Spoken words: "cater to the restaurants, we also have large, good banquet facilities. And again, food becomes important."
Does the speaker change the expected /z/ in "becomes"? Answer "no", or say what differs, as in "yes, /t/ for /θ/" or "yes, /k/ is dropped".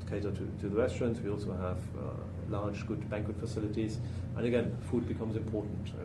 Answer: no